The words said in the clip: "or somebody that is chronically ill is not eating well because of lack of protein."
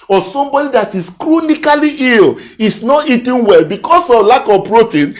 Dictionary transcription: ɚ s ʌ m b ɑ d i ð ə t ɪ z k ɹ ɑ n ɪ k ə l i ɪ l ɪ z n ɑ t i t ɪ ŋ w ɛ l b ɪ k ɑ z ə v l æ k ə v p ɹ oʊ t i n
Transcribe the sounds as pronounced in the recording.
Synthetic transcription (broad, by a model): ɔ s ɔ m b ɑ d i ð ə t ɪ s k ɹ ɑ n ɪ k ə l i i l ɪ s n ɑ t i t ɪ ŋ w ɛ l b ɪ k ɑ s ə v l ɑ k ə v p ɹ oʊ t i n